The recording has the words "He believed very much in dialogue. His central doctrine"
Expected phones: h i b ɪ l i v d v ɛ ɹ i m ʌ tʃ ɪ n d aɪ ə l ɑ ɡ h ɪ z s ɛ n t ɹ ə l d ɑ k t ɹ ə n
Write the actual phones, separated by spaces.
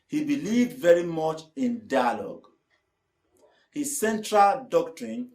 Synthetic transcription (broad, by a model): h i b ɪ l i v d v ɛ ɹ i m ʌ tʃ ɪ n d aɪ ə l ɑ ɡ h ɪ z s ɛ n t ɹ ə l d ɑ k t ɹ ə n